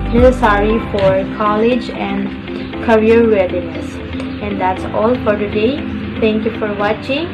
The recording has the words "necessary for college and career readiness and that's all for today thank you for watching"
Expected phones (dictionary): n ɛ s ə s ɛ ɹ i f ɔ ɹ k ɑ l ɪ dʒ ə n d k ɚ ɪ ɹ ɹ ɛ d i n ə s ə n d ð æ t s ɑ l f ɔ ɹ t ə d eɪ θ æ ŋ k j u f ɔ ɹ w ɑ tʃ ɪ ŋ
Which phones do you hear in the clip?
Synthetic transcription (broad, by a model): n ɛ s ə s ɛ ɹ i f ɔ ɹ k ɑ l ɪ dʒ ə n d k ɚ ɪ ɹ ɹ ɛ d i n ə s ə n d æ t s ɑ l f ɔ ɹ t ə d eɪ t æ ŋ k j u f ɔ ɹ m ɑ tʃ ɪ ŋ